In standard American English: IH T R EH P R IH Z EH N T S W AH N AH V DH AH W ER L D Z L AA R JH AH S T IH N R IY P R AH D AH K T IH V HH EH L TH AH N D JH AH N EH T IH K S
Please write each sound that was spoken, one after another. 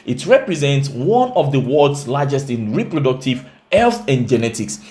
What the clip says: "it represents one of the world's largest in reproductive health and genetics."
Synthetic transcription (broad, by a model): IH T R EH P R IH Z EH N T S W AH N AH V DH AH W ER D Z L AA JH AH S T IH N R IY P R AH D AH K T IH V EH L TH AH N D JH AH N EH T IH K S